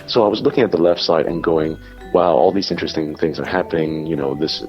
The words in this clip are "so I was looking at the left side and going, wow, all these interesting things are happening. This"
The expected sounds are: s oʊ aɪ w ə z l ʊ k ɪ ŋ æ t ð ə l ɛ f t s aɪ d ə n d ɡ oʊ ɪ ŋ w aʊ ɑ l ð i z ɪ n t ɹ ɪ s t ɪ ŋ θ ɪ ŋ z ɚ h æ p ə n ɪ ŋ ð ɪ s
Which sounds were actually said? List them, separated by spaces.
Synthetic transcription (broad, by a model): s oʊ aɪ w ə z l ʊ k ɪ ŋ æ t ð ə l ɛ f t s aɪ d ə n ɡ oʊ ɪ ŋ w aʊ ɑ l ð i z ɪ n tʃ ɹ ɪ s t ɪ ŋ θ ɪ ŋ z ɚ h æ p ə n ɪ ŋ ð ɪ s